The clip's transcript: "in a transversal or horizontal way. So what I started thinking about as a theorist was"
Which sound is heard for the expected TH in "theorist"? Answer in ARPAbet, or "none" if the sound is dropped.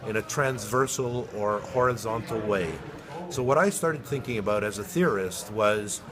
TH